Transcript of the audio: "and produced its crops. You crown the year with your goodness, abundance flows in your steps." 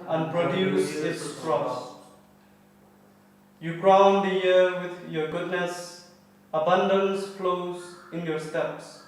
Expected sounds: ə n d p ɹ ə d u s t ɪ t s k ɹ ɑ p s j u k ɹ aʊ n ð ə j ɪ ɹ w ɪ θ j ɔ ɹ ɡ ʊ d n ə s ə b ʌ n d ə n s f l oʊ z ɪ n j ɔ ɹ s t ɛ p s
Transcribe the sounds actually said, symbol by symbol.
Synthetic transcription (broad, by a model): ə n p ɹ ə d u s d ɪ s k ɹ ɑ s j u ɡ ɹ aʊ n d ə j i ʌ w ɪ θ j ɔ ɡ ʊ d n ə s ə b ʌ n d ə n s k l oʊ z ɪ n j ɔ s t ɛ p s